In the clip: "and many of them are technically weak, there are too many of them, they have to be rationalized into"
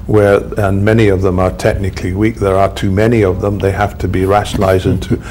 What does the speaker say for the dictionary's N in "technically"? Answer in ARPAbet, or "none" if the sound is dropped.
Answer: N